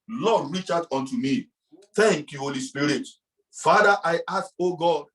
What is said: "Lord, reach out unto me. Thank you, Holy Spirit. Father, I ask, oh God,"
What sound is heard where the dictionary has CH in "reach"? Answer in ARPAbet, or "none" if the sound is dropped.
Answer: CH